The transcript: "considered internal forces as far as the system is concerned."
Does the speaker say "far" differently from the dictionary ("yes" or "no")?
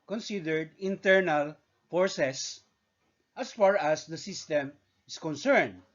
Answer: no